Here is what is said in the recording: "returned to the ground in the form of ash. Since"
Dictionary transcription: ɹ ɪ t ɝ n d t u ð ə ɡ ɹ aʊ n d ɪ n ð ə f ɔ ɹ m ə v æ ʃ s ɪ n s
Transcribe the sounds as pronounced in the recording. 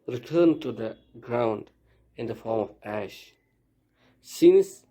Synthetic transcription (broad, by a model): ɹ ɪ t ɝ n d t u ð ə ɡ ɹ aʊ n d ɪ n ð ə f ɔ ɹ m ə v æ ʃ s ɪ n s